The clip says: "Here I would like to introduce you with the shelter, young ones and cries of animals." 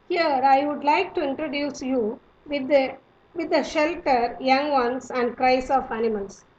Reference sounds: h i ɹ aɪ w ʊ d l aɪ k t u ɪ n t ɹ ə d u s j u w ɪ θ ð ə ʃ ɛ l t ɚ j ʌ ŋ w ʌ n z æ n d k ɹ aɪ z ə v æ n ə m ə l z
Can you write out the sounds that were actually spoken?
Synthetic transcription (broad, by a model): h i ɹ aɪ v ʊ d l aɪ k t u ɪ n t ɹ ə d u s j u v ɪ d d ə ʃ ɛ l t ɚ j ʌ ŋ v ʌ n s æ n d k ɹ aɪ s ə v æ n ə m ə l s